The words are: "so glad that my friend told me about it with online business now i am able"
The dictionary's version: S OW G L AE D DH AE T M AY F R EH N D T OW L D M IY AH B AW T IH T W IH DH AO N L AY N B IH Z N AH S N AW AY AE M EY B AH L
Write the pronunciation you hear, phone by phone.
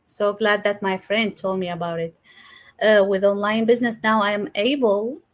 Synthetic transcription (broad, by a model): S OW G L AE D DH AE T M AY F R EH N D T OW L D M IY AH B AW T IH T W IH DH AO N L AY N B IH Z N AH S N AW AY M EY B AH L